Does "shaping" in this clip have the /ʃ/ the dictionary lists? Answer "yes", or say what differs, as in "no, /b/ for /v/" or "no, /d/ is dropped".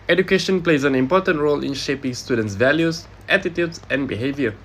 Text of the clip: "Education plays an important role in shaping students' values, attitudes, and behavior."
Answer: yes